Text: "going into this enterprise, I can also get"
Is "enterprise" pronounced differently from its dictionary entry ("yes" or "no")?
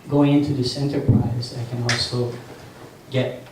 no